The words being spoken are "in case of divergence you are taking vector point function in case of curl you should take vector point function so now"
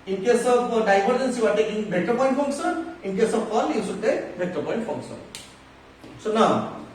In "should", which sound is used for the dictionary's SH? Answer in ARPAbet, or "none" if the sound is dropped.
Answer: S